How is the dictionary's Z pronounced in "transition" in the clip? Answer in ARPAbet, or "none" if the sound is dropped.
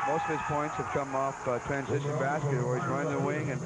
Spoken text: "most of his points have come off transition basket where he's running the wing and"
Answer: Z